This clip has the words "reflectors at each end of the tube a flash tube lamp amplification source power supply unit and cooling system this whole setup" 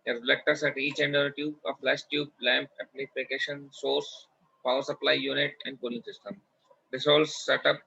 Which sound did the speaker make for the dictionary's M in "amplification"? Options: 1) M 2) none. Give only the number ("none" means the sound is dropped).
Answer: 2